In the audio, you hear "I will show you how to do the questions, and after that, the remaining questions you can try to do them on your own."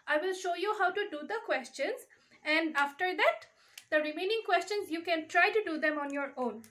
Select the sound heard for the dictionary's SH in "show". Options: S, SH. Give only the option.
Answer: SH